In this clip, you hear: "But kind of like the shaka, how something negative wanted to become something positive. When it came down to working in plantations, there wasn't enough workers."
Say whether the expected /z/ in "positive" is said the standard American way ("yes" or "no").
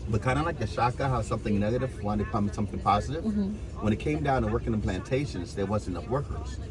yes